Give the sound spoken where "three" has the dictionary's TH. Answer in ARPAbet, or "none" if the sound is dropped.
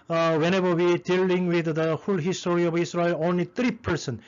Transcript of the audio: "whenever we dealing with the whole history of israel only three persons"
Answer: T